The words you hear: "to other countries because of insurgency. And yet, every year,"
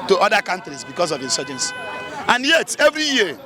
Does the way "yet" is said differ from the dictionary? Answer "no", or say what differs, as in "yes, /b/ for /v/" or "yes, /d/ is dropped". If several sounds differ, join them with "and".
no